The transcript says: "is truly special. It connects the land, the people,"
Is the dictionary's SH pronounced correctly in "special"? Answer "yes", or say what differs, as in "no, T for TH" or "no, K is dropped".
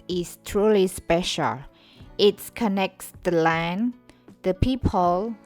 yes